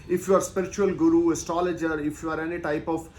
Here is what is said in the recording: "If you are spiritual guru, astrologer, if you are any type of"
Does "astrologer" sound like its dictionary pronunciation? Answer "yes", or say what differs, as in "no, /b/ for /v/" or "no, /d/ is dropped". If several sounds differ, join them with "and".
no, /ɹ/ is dropped